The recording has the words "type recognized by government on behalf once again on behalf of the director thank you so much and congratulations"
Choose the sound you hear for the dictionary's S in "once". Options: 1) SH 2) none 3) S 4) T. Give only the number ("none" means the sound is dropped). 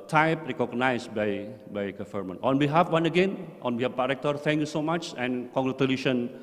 2